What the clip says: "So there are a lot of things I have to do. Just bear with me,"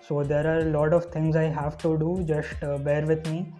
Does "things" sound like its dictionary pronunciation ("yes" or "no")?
no